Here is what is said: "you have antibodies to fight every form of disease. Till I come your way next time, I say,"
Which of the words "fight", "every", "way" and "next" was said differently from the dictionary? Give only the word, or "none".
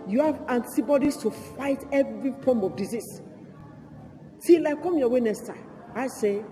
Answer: next